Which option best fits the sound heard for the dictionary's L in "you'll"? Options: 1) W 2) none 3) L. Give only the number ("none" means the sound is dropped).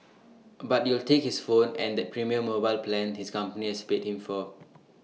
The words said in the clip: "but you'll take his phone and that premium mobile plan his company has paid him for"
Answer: 3